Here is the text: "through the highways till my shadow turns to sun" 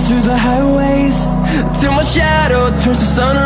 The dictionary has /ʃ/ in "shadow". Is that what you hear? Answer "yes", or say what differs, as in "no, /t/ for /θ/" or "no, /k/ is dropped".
yes